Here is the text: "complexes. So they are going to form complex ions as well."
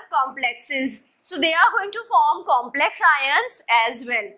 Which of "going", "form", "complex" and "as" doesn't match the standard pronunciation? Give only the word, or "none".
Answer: none